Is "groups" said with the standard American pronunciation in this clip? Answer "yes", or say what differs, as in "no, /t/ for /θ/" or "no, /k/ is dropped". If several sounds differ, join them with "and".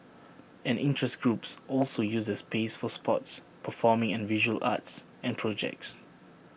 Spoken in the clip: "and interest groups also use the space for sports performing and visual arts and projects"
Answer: yes